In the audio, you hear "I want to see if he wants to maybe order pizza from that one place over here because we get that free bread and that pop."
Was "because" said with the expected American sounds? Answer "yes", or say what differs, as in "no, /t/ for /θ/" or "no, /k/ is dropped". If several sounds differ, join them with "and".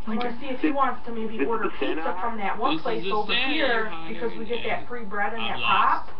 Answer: yes